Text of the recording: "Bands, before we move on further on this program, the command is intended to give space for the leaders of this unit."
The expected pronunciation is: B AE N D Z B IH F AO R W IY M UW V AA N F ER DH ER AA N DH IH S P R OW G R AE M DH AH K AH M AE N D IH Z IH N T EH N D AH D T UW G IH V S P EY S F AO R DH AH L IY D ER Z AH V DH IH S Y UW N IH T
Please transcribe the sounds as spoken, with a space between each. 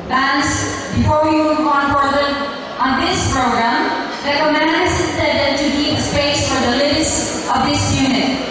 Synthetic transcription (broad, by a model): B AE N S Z B IH F AO R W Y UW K AA N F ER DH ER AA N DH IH S P R OW G R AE M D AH K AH M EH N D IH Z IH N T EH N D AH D T UW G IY P S P EY S F AO R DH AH L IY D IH S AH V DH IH S Y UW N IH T